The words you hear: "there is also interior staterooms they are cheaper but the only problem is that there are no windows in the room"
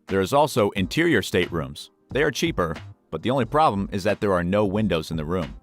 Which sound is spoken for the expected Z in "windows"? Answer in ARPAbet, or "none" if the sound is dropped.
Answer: Z